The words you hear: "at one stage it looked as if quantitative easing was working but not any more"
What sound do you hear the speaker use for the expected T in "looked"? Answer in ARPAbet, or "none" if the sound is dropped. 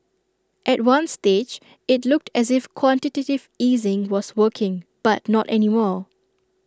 T